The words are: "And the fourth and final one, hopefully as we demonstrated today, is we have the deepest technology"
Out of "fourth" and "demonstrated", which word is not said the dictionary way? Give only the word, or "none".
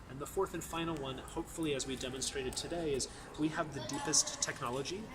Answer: none